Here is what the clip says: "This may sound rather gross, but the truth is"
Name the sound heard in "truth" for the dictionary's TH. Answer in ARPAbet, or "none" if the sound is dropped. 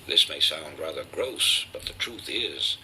TH